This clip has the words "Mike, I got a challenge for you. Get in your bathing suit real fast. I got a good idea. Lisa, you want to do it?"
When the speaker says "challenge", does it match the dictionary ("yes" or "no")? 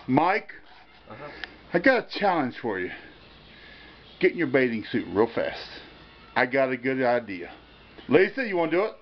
no